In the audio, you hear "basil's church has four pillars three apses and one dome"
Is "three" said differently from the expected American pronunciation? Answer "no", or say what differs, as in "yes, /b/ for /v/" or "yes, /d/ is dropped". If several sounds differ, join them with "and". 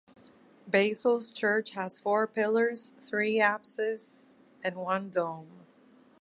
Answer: no